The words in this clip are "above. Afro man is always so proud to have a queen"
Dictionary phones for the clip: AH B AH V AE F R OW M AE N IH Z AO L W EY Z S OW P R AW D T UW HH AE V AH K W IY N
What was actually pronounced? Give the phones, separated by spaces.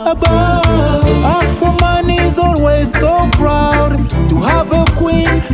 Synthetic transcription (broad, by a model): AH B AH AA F OW M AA N IH Z AO L W EY Z S OW B R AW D T UW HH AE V AH K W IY N